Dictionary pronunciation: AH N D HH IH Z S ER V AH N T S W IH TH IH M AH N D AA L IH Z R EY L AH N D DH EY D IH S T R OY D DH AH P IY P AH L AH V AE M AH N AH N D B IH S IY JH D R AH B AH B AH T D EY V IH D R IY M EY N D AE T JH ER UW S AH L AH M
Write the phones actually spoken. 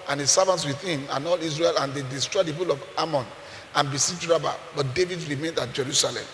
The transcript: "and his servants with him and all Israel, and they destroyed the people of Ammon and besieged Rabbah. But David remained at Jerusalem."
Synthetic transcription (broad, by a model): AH N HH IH S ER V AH N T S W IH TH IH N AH N AA L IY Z R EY L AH N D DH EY D IH S T R OY D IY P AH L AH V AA M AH N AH N B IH S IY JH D R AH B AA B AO T D EY V IH D R IY M EY N D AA T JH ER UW S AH L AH M